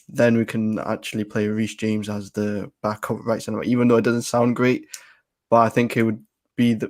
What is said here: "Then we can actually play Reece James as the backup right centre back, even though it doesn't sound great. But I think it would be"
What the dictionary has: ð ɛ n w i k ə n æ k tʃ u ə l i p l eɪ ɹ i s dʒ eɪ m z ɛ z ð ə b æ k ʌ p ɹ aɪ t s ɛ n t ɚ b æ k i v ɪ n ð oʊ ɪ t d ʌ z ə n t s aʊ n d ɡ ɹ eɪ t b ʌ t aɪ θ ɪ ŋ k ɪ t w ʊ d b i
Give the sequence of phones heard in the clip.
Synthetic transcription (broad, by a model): ð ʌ n w i k ə n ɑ k tʃ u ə l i p l eɪ ɹ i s dʒ eɪ m z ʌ z ð ə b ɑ k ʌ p ɹ aɪ t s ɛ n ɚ i v ɪ n ð oʊ ɪ t d ʌ z ə n t s aʊ n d ɡ ɹ eɪ t b ʌ t aɪ θ ɪ ŋ k ɪ t w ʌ d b i